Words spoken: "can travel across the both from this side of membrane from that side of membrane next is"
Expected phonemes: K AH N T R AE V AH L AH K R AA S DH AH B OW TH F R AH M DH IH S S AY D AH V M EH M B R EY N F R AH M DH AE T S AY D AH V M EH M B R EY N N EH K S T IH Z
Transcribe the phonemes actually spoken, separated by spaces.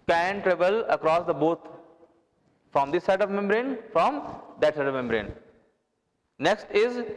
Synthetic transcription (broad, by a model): K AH N T R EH V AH L AH K R AA S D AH B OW T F R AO M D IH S S AY D AH V M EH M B R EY N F R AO M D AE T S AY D AH V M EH M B R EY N N EH K S T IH Z